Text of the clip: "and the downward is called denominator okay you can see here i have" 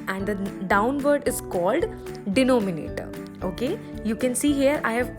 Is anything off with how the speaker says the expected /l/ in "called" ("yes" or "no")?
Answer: no